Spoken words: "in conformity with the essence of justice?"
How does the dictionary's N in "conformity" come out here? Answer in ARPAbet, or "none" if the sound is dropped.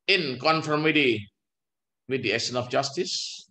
N